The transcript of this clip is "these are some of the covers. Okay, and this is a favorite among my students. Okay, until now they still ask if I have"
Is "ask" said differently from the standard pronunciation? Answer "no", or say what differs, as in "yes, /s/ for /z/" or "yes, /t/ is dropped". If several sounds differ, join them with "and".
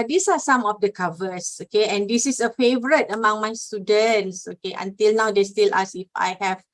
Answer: yes, /k/ is dropped